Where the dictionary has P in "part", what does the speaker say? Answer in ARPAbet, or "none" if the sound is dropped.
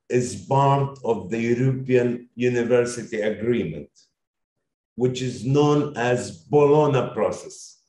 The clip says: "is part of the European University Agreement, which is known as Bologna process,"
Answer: B